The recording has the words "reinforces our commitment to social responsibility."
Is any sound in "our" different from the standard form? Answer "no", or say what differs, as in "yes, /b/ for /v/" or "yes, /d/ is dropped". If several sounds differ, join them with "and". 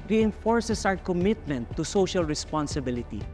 yes, /w/ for /ɹ/